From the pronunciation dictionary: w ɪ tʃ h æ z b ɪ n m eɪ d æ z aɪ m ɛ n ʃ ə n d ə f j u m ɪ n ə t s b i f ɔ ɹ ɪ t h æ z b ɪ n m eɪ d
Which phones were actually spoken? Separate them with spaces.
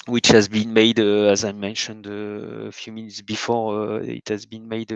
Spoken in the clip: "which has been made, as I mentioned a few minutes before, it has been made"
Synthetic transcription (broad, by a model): w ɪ tʃ h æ z b ɪ n m eɪ d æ z aɪ m ɛ n ʃ ə n d ə f j u m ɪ n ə t s b i f ɔ ɹ ɪ t h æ z b ɪ n m eɪ d